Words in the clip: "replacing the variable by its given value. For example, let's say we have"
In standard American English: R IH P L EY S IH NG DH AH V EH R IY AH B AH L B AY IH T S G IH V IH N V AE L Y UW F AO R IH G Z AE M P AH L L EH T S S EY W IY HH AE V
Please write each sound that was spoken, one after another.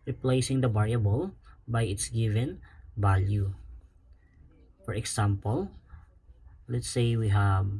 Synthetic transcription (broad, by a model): R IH P L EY S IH NG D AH B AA R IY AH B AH L B AY IH T S G IH V IH N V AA L Y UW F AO R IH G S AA M P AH L L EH T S S EY W IY HH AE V